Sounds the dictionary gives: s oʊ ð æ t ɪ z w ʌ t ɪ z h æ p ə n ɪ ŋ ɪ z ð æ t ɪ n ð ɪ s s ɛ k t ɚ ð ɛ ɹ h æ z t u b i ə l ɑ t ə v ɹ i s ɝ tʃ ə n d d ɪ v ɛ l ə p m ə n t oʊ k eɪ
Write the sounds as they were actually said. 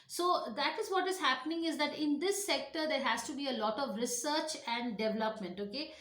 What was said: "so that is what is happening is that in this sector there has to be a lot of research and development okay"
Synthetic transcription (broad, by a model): s oʊ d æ t ɪ z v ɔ t ɪ z h æ p ə n ɪ ŋ ɪ z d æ t ɪ n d ɪ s s ɛ k t ɚ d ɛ ɹ h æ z t u b i ə l ɑ t ə v ɹ i s ɝ tʃ ə n d d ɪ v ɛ l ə p m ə n t oʊ k eɪ